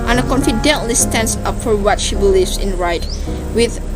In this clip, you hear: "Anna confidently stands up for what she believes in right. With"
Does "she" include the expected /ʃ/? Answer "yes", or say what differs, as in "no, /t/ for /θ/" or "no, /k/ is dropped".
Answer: yes